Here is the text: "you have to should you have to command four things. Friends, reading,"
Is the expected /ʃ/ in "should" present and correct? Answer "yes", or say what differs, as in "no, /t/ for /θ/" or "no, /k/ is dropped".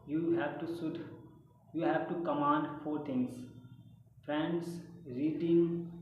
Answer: no, /s/ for /ʃ/